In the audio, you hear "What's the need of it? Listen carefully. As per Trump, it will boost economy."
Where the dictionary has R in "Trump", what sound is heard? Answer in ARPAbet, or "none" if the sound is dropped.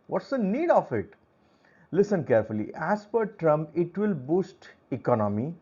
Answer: R